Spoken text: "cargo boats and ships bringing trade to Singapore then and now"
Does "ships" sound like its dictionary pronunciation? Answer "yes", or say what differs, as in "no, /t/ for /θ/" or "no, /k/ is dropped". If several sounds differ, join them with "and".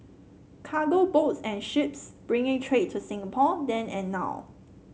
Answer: yes